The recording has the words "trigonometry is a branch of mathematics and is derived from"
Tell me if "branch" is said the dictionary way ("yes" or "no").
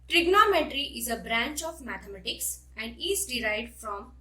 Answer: yes